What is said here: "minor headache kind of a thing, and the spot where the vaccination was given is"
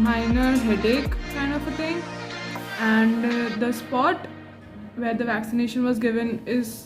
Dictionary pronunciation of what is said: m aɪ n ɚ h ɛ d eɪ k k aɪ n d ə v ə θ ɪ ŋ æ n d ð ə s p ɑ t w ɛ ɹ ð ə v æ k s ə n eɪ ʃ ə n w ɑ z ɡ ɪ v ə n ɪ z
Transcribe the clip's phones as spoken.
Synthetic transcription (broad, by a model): m aɪ n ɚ h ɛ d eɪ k k aɪ n d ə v ə t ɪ ŋ æ n d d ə s p ɑ t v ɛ ɹ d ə v æ k s ə n eɪ ʃ ə n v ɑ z ɡ ɪ v ə n ɪ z